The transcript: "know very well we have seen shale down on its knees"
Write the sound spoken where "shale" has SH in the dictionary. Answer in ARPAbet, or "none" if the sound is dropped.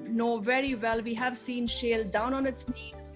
SH